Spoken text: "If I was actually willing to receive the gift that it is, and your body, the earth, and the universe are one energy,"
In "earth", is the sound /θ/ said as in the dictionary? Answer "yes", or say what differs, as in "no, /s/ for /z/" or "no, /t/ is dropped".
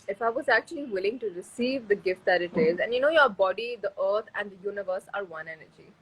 no, /t/ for /θ/